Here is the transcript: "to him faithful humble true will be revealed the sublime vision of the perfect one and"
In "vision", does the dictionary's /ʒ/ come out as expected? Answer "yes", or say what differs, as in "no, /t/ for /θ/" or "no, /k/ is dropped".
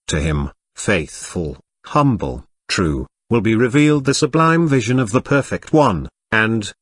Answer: yes